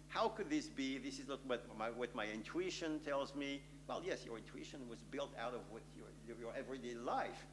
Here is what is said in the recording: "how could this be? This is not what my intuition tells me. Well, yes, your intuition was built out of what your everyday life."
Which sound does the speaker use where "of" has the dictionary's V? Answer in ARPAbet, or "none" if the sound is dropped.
V